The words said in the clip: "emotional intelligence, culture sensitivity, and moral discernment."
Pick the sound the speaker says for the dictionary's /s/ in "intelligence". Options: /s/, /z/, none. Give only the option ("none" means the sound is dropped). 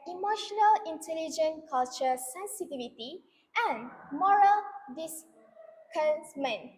none